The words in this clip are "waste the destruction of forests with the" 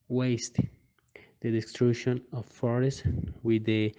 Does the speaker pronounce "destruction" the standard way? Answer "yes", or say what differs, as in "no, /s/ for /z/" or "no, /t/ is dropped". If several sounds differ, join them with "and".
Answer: no, /k/ is dropped